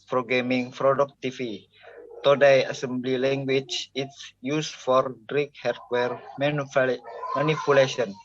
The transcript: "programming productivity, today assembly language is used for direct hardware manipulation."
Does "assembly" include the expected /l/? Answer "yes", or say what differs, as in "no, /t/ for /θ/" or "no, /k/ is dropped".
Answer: yes